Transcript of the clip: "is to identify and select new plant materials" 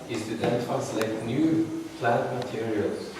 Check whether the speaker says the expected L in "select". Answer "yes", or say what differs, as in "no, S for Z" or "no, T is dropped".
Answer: no, L is dropped